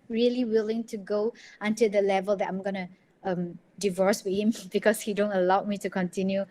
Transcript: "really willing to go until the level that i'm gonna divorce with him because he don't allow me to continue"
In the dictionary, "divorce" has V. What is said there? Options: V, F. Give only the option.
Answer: V